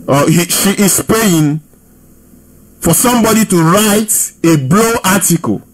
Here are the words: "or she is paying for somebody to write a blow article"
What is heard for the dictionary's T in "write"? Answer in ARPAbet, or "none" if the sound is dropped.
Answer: T